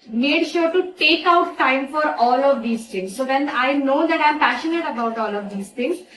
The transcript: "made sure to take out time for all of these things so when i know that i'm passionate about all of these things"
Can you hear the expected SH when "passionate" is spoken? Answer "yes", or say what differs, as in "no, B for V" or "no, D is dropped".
yes